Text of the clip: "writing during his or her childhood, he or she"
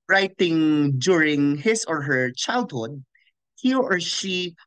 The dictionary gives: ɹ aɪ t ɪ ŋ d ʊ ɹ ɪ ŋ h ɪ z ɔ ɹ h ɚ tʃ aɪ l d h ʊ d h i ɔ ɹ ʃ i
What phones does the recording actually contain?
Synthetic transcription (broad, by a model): ɹ aɪ t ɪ ŋ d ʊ ɹ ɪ ŋ h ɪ s ɔ ɹ h ɚ tʃ aɪ l d h ʊ d h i ɔ ɹ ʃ i